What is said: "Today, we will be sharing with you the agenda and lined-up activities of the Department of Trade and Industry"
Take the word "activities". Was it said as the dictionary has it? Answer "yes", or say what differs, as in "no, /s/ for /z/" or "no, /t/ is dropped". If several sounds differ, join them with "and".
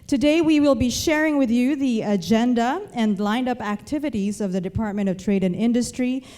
yes